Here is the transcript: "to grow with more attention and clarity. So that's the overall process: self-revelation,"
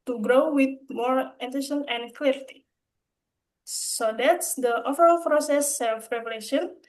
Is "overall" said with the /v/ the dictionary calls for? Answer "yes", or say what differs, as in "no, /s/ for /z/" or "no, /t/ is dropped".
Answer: no, /f/ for /v/